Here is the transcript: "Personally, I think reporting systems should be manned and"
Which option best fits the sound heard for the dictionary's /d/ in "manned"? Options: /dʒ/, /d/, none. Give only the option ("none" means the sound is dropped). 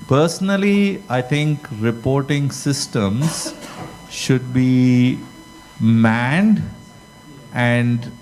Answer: /d/